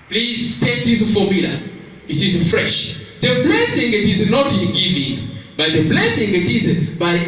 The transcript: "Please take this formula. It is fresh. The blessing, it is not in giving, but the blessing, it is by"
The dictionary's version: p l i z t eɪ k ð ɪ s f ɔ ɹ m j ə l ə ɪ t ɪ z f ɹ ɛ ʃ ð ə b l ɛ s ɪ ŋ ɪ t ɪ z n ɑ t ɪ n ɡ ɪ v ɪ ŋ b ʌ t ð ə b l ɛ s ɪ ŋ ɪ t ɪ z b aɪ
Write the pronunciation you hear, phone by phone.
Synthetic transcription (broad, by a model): p l i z t eɪ k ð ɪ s f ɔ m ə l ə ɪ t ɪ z f ɹ ɛ ʃ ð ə b l ɛ s ɪ ŋ ɪ t ɪ z n ɑ t ɪ n ɡ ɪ v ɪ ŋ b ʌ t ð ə b l ɛ s ɪ ŋ ɪ t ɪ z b aɪ